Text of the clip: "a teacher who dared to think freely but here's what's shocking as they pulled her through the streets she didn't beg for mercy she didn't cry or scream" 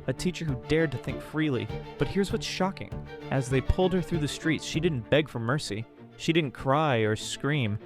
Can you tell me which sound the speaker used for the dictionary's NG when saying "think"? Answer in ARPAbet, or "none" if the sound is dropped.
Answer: NG